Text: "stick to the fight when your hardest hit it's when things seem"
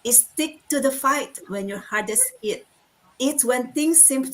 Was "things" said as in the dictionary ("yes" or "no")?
no